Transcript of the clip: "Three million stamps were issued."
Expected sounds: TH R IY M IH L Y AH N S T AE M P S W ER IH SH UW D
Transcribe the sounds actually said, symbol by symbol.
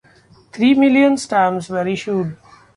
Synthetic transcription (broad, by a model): T R IY M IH L Y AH N S T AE M S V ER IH SH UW D